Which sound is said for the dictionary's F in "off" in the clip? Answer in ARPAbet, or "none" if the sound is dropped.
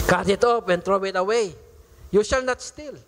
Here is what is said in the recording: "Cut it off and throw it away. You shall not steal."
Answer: P